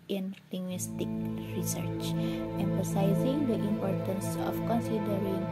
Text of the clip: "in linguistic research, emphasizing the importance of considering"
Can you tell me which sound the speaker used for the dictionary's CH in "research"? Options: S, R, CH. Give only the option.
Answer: CH